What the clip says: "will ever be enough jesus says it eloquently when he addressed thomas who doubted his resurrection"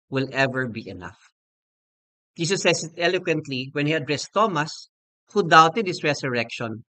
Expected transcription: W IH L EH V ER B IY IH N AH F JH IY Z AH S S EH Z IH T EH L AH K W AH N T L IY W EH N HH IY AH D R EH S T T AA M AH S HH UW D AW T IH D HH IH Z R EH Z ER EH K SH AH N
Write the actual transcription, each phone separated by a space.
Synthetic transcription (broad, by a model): W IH L EH V ER B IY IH N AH F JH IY S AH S S EH S IH T EH L AH K W AH N T L IY W EH N HH IY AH D R EH S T T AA M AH S HH UW D AW T IH D HH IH S R EH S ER EH K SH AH N